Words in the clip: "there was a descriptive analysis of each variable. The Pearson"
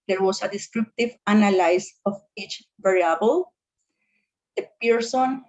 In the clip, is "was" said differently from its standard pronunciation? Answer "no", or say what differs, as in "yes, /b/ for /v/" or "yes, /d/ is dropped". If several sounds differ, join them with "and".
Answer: yes, /s/ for /z/